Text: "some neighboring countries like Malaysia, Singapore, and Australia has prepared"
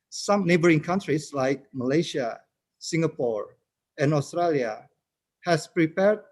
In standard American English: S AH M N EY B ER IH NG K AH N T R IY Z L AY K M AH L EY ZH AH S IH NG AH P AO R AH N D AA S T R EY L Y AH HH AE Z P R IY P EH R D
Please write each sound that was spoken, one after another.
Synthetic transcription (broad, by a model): S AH M N EY B ER IH NG K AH N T R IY S L AY K M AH L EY SH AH S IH NG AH P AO R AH N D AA S T R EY L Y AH HH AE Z P R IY P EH R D